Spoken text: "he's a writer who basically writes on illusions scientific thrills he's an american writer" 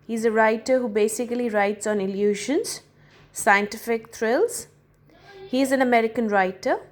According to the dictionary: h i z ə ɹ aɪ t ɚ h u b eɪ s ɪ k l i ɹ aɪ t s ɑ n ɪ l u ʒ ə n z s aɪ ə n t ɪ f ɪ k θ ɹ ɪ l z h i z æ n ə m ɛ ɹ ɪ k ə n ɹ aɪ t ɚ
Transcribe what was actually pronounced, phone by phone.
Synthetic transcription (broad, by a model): h i z ə ɹ aɪ t ɚ h u b eɪ s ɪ k l i ɹ aɪ t s ɑ n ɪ l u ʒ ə n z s aɪ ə n t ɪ f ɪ k t ɹ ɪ l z h i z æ n ə m ɛ ɹ ɪ k ə n ɹ aɪ t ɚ